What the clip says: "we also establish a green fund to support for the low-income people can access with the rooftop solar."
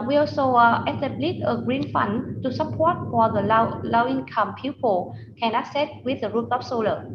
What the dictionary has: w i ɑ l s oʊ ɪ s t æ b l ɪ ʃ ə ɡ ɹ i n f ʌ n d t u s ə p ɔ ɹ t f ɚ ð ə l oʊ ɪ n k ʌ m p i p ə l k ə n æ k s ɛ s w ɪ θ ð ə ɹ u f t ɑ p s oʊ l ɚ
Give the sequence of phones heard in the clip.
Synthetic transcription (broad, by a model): w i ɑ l s oʊ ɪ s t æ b l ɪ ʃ ə ɡ ɹ i n f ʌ n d t u s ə p ɔ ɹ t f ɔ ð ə l oʊ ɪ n k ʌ m p i p ə l k ə n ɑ s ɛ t w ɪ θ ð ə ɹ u t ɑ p s oʊ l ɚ